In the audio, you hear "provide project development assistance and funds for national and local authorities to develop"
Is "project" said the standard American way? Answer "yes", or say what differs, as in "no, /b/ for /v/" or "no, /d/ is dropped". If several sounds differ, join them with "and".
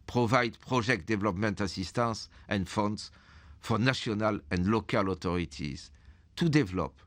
no, /ʒ/ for /dʒ/